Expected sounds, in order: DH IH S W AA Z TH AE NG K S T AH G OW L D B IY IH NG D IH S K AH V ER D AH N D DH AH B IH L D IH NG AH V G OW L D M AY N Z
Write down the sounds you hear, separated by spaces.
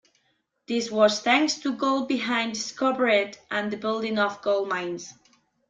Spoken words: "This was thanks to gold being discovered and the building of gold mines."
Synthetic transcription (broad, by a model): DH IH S W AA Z TH AE NG K S T AH G OW L B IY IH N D S K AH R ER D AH N DH AH B IH L D IH NG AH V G OW L M AY N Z